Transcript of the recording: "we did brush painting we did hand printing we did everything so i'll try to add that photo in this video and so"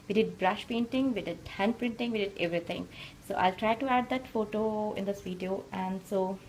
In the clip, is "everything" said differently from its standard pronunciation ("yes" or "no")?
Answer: yes